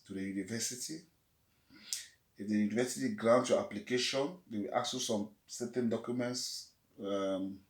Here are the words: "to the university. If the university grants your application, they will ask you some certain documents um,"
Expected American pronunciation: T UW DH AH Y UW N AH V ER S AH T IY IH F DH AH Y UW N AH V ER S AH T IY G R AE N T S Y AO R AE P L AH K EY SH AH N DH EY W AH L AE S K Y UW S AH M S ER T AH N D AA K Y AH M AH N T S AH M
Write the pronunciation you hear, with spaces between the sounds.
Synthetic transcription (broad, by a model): T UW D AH Y UW N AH V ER S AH T IY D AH Y UW N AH V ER S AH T IY G R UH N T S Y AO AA P L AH K EY SH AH N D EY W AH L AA K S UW S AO M S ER T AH N D AA K Y AH M AH N T S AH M